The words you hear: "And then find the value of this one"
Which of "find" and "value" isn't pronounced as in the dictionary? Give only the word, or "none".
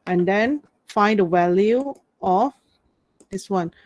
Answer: value